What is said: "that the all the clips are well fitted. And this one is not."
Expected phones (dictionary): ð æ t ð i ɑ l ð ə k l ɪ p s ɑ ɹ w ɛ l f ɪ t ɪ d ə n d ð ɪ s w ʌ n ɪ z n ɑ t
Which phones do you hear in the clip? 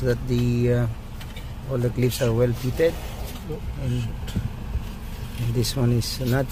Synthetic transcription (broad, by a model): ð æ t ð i ɑ l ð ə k l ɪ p s ɑ ɹ w ɛ l p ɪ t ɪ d ə n d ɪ s w ʌ n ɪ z n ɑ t